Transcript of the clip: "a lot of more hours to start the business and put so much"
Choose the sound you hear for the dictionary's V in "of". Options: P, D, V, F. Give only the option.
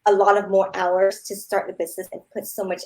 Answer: V